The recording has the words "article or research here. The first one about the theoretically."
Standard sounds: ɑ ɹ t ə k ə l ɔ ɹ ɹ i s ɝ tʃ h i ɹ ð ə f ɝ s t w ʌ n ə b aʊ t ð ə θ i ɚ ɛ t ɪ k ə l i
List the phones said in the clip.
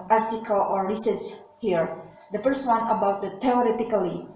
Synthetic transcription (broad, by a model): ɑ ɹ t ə k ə l ɔ ɹ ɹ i s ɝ s h i ɹ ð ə f ɝ s t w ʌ n ə b aʊ t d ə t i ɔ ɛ t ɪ k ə l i